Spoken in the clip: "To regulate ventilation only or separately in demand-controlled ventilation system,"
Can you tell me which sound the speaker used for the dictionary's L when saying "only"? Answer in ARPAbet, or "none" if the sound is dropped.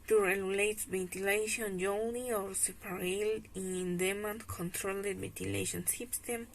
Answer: none